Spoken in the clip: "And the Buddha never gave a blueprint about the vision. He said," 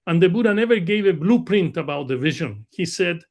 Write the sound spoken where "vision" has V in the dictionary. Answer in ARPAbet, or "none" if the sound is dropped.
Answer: V